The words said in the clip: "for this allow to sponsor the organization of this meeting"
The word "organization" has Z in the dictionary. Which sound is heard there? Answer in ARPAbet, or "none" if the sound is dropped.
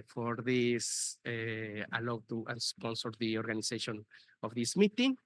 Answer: S